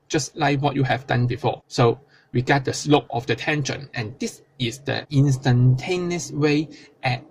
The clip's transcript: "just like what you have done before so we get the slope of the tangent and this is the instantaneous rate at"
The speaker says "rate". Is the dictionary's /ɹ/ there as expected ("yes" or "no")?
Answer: no